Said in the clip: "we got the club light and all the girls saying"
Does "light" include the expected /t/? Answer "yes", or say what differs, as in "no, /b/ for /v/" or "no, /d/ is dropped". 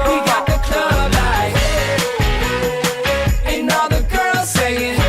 no, /t/ is dropped